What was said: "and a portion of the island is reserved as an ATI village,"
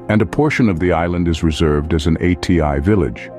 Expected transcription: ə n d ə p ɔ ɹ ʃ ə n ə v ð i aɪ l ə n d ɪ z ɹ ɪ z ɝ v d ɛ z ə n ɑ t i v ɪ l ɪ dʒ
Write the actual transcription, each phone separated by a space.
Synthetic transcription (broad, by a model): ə n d ə p ɔ ɹ ʃ ə n ə v ð i aɪ l ə n d ɪ z ɹ ɪ z ɝ v d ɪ z n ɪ t i v ɪ l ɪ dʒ